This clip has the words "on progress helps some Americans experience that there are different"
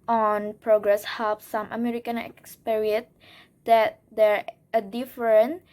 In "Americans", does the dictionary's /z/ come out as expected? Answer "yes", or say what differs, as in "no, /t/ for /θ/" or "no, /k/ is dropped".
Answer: no, /z/ is dropped